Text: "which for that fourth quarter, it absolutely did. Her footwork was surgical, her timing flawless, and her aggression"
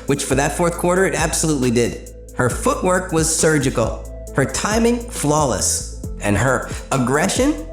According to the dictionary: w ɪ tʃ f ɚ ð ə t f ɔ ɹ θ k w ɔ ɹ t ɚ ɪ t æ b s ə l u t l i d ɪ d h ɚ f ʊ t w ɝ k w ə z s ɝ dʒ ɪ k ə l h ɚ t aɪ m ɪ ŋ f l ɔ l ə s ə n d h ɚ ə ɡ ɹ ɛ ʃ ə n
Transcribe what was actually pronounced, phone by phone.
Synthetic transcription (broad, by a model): w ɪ tʃ f ɚ ð ə t f ɔ ɹ θ k w ɔ ɹ t ɚ ɪ t æ b s ə l u t l i d ɪ d h ɚ f ʊ t w ɝ k w ə z s ɝ dʒ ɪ k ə l h ɚ t aɪ m ɪ ŋ f l ɔ l ə s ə n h ɚ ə ɡ ɹ ɛ ʃ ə n